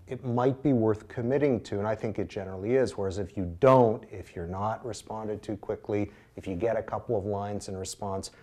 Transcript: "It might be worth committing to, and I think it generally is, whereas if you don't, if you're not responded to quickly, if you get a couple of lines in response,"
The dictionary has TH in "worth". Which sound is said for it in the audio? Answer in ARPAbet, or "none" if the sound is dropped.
TH